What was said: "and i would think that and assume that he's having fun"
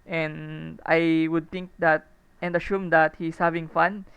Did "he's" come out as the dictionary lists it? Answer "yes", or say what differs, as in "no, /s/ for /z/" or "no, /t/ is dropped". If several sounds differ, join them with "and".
no, /s/ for /z/